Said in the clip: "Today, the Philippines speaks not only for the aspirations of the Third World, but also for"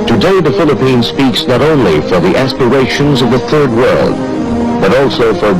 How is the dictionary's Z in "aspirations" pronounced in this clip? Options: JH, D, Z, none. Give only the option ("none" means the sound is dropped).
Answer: Z